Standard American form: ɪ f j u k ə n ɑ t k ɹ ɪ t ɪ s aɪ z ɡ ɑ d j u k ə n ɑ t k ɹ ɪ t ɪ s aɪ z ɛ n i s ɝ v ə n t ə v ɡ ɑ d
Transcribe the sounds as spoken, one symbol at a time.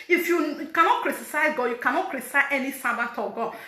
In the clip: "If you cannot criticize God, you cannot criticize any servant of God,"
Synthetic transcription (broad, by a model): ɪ f j u k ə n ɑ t k ɹ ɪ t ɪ s aɪ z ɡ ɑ j u k ə n ɑ t k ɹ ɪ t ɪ s aɪ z ɛ n i s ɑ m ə t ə ɡ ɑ